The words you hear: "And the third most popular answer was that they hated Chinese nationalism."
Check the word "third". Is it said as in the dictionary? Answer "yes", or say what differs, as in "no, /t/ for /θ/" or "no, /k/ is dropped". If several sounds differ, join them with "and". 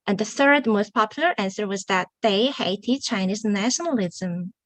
yes